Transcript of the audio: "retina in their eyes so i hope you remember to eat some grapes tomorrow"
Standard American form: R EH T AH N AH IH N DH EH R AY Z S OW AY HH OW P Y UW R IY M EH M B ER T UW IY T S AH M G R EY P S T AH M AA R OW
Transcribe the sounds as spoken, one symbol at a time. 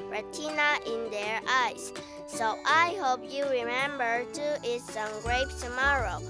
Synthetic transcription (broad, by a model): R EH T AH N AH IH N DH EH R AY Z S OW AY HH OW P Y UW R IY M EH M B ER T UW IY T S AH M G R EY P T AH M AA R OW